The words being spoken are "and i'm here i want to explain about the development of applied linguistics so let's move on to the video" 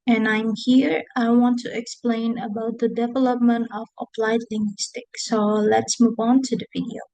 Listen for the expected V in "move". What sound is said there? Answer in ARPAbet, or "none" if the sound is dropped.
V